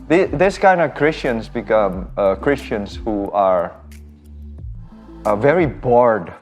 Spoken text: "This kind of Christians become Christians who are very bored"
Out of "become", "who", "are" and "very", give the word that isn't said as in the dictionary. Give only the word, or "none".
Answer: none